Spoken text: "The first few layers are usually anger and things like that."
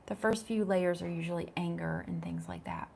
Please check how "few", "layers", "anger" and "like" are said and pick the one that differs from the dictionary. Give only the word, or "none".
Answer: none